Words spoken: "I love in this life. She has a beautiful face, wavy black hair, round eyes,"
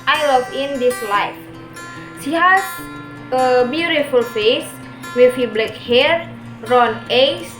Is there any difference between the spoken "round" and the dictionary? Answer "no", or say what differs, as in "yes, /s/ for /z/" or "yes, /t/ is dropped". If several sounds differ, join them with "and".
yes, /d/ is dropped